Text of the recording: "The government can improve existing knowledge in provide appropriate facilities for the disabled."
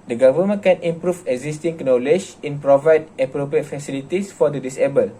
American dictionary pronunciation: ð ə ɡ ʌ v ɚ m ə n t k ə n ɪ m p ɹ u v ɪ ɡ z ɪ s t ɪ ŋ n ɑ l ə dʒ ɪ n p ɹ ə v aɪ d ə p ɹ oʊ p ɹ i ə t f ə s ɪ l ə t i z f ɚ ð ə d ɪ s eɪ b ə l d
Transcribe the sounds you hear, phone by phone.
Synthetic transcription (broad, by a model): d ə ɡ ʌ v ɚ m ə n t k ə n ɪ m p ɹ u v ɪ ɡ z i s t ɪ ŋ n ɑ l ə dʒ ɪ n p ɹ ə v aɪ d ə p ɹ oʊ p ɹ i ə t f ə s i l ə t i s f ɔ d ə d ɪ s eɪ b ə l